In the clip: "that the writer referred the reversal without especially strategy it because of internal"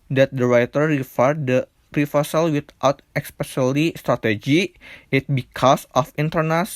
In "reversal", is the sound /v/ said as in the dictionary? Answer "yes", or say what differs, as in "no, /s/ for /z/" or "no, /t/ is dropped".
no, /f/ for /v/